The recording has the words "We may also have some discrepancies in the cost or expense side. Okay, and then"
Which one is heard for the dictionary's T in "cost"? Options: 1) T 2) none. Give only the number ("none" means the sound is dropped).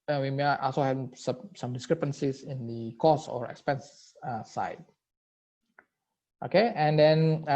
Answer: 2